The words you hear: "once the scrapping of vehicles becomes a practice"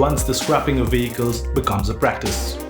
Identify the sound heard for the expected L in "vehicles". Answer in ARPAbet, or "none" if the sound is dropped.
L